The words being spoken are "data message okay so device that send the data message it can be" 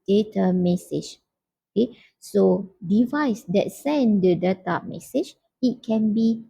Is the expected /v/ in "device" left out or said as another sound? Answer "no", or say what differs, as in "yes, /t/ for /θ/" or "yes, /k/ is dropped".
no